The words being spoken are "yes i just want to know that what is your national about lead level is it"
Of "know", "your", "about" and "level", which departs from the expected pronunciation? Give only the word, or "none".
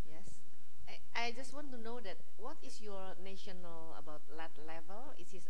none